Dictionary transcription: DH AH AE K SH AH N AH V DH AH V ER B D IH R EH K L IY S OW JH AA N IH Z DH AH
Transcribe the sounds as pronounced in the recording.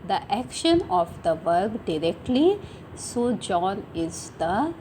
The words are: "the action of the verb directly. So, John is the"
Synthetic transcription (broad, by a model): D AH AE K SH AH N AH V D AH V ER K D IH R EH K L IY S OW JH AA N IH Z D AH